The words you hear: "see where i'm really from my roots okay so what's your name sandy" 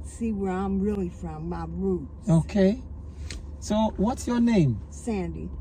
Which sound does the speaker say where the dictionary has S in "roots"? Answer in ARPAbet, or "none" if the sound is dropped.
none